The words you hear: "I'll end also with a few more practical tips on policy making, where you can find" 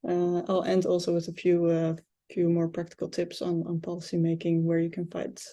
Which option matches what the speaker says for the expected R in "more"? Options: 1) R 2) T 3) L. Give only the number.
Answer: 1